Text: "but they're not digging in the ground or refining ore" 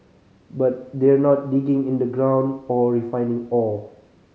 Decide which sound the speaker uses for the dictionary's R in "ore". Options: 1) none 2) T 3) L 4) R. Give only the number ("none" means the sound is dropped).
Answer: 3